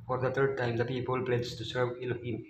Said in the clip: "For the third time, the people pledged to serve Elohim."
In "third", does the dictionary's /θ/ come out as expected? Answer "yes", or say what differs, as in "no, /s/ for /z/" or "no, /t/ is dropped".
no, /t/ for /θ/